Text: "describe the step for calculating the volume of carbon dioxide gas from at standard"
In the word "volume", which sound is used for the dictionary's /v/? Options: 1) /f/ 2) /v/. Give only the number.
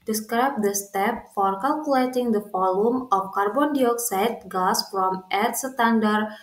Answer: 1